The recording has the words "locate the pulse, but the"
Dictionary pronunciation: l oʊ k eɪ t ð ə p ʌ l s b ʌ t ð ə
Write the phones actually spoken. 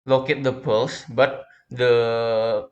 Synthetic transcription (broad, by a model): l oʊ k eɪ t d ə p ʌ l s b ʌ t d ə